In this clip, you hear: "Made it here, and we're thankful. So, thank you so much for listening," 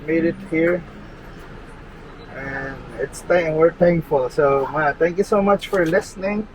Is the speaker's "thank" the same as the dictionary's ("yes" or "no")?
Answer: no